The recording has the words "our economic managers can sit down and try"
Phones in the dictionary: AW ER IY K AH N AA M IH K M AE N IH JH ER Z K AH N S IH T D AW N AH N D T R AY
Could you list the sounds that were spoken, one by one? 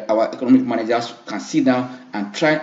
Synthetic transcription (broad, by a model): AW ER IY K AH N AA M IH K M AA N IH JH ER S K AH N S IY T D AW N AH N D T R AY